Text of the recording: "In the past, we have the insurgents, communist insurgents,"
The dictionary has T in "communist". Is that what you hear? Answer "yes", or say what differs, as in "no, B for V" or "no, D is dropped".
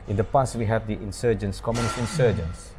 no, T is dropped